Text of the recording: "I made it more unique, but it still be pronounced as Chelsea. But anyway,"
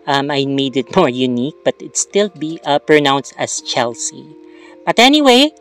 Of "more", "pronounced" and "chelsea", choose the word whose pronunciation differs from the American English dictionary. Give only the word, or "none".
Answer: none